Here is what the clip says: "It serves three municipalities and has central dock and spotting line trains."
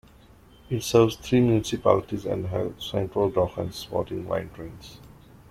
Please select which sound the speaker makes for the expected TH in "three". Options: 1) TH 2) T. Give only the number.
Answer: 2